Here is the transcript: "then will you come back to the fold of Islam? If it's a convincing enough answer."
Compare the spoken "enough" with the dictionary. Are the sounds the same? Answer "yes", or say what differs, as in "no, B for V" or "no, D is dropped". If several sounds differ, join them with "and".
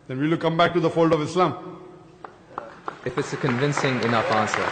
no, F is dropped